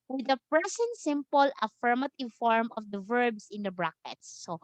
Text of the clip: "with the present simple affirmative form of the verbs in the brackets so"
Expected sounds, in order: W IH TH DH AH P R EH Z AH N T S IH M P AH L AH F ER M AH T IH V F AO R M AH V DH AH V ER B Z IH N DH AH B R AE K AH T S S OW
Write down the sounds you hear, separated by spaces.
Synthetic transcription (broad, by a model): W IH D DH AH P R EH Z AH N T S IH M P AH L AH F ER M AH T IH V F AO R M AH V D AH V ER B S IH N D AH B R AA K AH T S S OW